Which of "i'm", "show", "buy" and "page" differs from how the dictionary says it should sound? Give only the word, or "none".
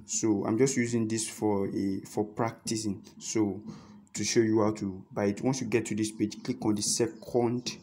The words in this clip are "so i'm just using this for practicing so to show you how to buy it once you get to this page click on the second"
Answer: none